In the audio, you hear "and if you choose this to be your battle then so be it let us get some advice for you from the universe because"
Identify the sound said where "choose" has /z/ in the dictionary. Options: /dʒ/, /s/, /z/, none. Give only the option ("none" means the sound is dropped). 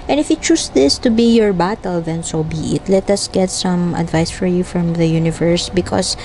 /s/